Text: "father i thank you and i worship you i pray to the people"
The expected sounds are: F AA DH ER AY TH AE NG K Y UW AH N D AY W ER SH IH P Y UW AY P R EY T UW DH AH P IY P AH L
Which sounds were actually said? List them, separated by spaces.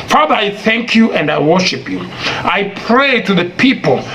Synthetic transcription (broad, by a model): F AA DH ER AY TH AE NG K Y UW AH N D AY W ER SH IH P Y UW AY P R EY T UW DH AH P IY P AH L